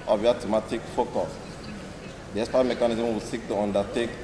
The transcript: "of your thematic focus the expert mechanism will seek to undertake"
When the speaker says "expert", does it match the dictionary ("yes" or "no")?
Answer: no